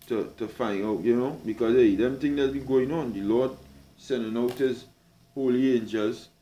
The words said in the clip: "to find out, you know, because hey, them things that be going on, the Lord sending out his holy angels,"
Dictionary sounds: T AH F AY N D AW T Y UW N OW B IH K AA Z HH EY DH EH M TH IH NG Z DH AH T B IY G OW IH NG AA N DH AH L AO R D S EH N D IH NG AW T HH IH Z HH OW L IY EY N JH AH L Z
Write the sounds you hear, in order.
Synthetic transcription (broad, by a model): T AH F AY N AW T Y UW N OW B IH K AA Z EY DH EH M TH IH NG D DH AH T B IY G OW IH NG AA N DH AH L AO D S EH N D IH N AW T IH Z HH OW L IY EY N JH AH L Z